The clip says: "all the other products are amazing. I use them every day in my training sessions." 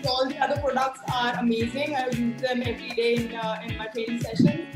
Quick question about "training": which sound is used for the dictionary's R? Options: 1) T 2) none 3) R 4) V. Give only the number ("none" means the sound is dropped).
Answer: 2